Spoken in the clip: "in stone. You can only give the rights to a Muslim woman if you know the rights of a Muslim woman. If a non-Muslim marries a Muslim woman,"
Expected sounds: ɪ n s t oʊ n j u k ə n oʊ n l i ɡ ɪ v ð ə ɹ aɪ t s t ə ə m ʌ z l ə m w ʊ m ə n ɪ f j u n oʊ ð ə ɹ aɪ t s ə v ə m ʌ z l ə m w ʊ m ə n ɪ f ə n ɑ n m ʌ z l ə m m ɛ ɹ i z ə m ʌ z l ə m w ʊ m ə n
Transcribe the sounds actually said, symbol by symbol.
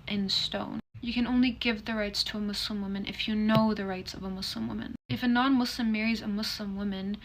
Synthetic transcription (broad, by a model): ɪ n s t oʊ n j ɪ k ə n oʊ n l i ɡ ɪ v ð ə ɹ aɪ t s t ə ə m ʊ s l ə m w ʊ m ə n ɪ f j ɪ n oʊ ð ə ɹ aɪ t s ə v ə m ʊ s l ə m w ʊ m ə n ɪ f ə n ɑ n m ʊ s l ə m m ɛ ɹ i z ə m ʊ s l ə m w ʊ m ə n